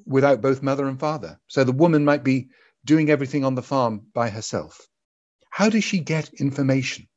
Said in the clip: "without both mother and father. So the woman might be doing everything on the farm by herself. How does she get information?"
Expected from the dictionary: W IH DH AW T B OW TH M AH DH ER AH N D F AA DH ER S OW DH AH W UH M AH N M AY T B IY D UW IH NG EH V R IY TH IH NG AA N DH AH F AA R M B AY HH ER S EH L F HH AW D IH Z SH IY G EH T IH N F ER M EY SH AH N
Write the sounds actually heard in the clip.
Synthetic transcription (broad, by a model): W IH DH AW T B OW TH M AH DH ER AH N F AA DH ER S OW DH AH W UH M AH N M AY T B IY D UW IH NG EH V R IY TH IH NG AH N DH AH F AA R M B AY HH ER S EH L F HH AW D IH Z SH IY G EH T IH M F ER M EY SH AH N